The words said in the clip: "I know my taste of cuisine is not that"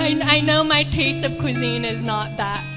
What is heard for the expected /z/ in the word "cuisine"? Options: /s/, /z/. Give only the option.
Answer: /z/